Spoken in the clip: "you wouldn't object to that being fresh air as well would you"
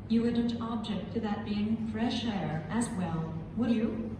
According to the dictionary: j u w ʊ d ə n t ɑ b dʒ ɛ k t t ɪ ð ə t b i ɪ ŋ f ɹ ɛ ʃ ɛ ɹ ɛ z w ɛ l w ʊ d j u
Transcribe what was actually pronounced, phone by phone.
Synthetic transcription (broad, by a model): j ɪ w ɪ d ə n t ɑ b dʒ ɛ k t t ɪ ð ə t b i ɪ ŋ f ɹ ɛ ʃ ɛ ɹ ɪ z w ɛ l w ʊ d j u